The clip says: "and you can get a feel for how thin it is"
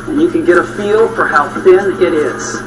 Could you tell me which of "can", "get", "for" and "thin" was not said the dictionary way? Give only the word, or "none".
none